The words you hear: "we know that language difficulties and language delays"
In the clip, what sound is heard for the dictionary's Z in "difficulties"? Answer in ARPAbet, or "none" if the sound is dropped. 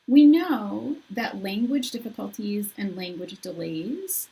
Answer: Z